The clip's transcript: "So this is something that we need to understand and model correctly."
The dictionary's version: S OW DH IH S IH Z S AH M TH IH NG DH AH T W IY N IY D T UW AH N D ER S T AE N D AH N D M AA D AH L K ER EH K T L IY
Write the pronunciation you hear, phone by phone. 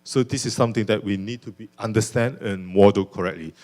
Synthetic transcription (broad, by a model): S OW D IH S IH S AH M T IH NG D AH T W IY N IY D T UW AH N D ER S T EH N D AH N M AA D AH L K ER EH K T L IY